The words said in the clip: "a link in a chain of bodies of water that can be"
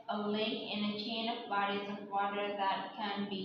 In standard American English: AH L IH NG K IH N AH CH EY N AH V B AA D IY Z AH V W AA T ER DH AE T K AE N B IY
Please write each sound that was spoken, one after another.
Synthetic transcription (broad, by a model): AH L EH K IH N AH CH EY N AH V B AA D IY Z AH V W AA T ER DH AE T K AE N B IY